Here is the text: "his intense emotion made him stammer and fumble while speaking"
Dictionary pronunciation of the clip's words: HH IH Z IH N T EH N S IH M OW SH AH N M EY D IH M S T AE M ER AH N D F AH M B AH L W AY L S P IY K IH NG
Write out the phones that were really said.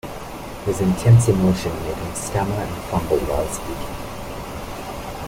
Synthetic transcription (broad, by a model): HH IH Z IH N T EH N S IH M OW SH AH N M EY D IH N S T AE M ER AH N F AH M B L W AY L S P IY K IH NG